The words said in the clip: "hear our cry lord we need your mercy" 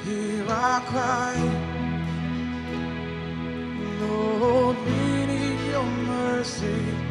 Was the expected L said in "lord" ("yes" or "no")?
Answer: no